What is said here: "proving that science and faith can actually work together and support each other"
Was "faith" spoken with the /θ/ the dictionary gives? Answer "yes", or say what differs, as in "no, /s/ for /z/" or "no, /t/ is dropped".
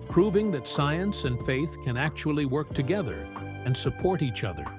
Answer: yes